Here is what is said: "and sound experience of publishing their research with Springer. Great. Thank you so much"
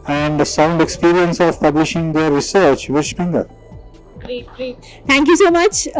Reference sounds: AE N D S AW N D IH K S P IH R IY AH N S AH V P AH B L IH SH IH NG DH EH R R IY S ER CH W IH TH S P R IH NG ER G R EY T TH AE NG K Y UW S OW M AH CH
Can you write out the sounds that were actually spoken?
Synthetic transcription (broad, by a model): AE N D S AW N D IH K S P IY R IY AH N S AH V P AH B L IH SH IH NG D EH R R IY S ER CH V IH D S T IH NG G AH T T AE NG K Y UW S OW M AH CH